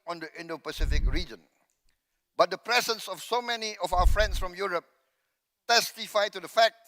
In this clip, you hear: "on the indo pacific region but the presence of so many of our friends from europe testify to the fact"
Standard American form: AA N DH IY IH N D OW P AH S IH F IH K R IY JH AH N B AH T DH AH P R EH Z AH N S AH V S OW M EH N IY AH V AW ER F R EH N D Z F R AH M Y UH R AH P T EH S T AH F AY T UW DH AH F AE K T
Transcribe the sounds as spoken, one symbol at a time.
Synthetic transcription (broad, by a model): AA N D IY IH N D OW P AH S IH F IH K R IY JH AH N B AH T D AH P R EH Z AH N S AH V S OW M EH N IY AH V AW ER F R EH N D S F R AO M Y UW R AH P T EH S T AH F AY T UW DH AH F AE K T